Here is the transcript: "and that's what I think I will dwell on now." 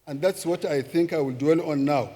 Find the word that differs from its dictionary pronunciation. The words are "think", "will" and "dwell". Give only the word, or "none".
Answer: none